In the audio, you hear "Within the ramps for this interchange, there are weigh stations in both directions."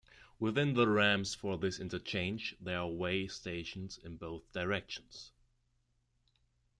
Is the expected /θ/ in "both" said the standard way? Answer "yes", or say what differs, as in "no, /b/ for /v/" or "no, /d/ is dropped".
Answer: yes